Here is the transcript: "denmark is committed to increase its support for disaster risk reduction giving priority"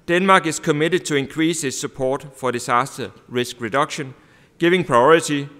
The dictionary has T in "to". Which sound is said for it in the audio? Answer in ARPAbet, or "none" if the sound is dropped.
S